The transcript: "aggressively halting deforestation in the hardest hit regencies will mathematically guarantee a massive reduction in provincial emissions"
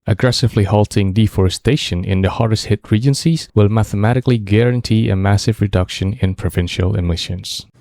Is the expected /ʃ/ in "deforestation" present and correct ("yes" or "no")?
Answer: yes